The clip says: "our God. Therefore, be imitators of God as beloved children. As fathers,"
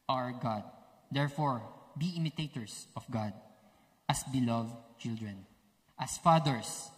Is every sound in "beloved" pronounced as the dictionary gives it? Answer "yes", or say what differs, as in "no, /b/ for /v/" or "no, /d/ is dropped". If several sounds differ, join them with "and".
yes